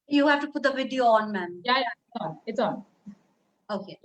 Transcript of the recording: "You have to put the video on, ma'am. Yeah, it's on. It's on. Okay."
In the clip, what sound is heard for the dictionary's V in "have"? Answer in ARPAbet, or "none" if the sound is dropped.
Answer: F